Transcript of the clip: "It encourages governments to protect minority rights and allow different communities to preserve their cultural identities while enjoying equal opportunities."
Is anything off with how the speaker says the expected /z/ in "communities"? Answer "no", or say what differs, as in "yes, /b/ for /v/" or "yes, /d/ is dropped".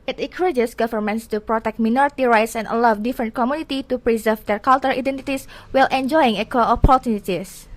yes, /z/ is dropped